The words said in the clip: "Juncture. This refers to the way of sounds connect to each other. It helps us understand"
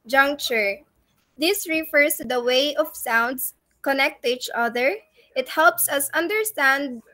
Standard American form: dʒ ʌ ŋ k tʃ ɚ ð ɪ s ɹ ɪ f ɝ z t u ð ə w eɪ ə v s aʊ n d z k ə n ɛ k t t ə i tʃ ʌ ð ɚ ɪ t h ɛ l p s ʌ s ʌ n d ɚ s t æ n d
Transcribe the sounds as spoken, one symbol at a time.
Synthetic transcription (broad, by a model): dʒ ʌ ŋ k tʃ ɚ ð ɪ s ɹ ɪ f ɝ s t u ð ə w eɪ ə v s aʊ n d s k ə n ɛ k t t i tʃ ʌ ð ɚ ɪ t h ɛ l p s ʌ s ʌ n d ɚ s t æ n d